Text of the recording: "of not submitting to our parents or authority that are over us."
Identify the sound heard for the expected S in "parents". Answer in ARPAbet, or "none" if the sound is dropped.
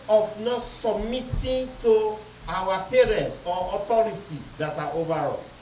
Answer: S